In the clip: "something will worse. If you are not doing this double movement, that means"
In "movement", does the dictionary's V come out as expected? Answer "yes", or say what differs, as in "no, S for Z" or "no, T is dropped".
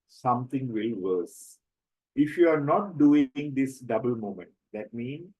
no, V is dropped